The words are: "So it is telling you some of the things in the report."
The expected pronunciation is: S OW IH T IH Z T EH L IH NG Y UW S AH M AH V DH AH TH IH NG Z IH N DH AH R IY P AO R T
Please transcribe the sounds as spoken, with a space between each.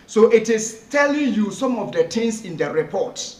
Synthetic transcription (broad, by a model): S OW IH T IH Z T EH L IH NG Y UW S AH M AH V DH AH T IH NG S IH N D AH R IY P AO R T